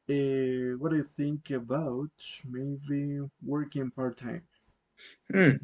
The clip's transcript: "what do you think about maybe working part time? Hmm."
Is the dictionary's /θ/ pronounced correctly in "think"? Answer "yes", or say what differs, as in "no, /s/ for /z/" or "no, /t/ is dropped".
yes